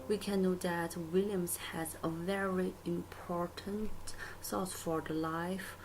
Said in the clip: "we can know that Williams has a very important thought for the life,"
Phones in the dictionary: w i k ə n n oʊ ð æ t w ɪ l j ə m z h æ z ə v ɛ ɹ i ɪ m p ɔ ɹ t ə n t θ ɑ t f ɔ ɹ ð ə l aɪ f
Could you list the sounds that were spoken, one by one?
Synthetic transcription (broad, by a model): w i k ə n n oʊ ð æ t w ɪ l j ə m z h æ z ə v ɛ ɹ i ɪ m p ɔ ɹ t ə n t s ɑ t f ɔ ɹ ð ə l aɪ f